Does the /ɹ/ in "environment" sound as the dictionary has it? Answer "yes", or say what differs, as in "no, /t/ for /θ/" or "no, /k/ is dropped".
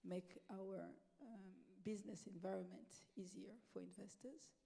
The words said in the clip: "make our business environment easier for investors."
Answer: yes